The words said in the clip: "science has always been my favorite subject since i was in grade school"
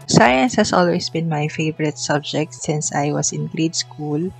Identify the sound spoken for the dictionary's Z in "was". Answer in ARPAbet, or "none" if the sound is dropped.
S